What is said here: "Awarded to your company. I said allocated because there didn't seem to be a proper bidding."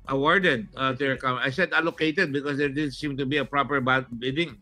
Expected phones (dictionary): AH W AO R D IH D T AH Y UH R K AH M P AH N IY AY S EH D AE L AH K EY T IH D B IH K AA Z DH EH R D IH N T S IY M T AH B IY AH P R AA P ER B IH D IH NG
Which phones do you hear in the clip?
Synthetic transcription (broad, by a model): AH W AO R D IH D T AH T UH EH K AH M AH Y S EH D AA L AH K EY T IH D B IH K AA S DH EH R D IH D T S IY M T AH B IY AH P R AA P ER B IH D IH NG